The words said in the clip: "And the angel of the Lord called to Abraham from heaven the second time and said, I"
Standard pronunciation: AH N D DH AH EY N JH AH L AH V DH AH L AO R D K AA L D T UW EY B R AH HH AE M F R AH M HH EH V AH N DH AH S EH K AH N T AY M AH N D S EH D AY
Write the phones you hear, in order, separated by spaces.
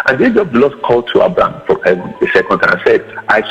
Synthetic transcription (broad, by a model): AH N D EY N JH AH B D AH L AO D K AA L D T UW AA B R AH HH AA M F R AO M HH EH V AH N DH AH S EH K AH N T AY AH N S EH D AY